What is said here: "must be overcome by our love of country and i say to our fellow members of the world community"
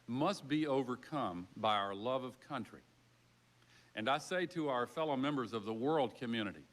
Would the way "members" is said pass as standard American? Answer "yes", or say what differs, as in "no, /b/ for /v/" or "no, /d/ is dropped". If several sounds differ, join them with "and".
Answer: yes